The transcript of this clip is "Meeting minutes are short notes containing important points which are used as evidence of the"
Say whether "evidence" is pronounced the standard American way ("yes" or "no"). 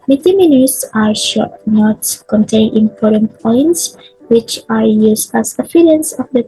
no